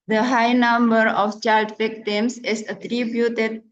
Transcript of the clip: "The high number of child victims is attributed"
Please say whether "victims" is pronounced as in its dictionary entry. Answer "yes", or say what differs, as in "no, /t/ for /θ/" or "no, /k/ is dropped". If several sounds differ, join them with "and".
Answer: no, /f/ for /v/